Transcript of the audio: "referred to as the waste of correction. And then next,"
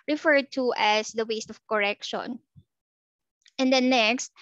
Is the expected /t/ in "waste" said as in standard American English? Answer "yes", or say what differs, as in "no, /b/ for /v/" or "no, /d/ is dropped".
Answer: yes